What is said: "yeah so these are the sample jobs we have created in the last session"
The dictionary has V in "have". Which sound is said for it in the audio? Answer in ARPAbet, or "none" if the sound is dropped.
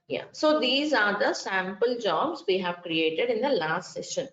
V